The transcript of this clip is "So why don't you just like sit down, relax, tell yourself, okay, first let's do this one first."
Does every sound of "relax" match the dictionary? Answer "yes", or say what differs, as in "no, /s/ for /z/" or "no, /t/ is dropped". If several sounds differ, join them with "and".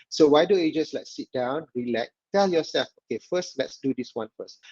no, /s/ is dropped